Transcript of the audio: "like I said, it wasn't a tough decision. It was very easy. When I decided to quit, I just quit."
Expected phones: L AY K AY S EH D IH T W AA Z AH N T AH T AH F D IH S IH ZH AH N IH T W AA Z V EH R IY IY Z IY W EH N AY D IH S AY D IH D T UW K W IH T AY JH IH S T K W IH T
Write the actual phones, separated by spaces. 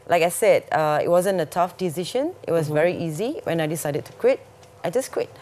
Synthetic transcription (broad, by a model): L AY K AY S EH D IH T W AA Z AH N T AH T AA F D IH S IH SH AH N IH T W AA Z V EH R IY IY Z IY W EH N AY D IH S AY D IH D T UW K W IH T AY JH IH S K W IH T